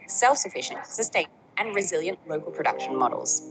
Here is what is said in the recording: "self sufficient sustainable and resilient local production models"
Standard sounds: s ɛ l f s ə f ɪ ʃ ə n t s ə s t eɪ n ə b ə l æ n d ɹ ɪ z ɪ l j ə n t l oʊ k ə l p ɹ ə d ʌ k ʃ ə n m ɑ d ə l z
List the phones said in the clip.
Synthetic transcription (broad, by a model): s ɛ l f s ə f ɪ ʃ ə n t s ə s t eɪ ə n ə n ɹ ɪ z ɪ l j ə n t l oʊ k ə l p ɹ ə d ʌ k ʃ ə n m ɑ d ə l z